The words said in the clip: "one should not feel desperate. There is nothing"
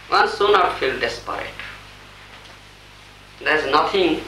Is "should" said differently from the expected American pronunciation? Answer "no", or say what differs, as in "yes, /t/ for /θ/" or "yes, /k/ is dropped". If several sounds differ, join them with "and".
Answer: yes, /s/ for /ʃ/